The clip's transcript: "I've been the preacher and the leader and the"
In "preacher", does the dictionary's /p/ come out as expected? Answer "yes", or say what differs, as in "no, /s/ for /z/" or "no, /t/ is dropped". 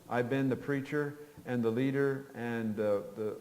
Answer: yes